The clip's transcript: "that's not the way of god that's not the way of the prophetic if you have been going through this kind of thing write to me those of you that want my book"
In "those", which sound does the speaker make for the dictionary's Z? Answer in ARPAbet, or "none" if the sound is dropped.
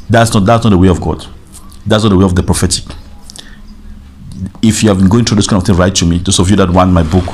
S